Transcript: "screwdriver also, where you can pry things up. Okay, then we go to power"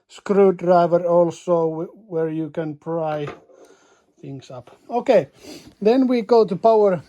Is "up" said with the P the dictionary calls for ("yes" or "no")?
yes